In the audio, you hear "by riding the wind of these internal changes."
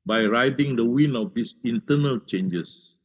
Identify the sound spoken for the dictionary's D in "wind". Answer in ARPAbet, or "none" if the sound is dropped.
none